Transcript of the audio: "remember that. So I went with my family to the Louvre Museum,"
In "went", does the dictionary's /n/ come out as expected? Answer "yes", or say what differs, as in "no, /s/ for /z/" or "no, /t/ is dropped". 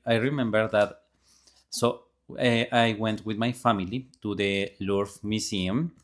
yes